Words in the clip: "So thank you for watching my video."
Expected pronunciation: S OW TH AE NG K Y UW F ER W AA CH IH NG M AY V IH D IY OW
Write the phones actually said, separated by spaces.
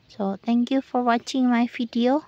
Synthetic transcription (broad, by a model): S OW T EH NG K Y UW F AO W AA CH IH NG M AY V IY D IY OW